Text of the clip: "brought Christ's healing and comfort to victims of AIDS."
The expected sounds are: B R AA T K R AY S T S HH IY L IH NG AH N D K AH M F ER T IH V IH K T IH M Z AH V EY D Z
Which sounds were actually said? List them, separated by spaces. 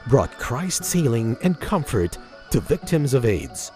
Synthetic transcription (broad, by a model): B R AA T K R AY S T S HH IY L IH NG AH N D K AH M F ER T IH V IH K T IH M Z AH V EY D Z